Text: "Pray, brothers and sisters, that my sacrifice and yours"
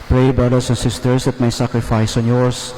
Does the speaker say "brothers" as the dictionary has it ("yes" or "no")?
no